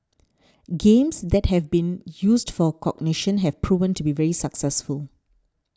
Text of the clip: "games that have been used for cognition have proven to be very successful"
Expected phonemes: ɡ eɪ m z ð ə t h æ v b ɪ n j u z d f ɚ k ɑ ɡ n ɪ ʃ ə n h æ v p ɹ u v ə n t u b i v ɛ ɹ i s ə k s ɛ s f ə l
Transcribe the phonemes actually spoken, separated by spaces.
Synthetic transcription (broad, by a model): ɡ eɪ m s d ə t h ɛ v b ɪ n j u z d f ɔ k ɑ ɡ n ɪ ʃ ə n h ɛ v p ɹ u v ə n t u b i v ɛ ɹ i s ə k s ɛ s f ə l